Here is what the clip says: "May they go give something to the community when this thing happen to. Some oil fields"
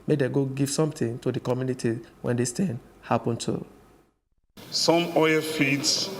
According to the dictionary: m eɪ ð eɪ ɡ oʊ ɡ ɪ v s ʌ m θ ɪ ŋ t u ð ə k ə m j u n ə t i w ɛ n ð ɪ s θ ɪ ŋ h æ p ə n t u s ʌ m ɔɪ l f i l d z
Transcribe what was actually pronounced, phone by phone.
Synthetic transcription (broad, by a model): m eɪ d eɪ ɡ oʊ ɡ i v s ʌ m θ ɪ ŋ t u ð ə k ə m j u n ə t i w ɛ n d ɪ s t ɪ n h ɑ p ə n t u s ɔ m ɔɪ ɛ f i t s